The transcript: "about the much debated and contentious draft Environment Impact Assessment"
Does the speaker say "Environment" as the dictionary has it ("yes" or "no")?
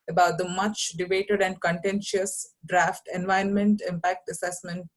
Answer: no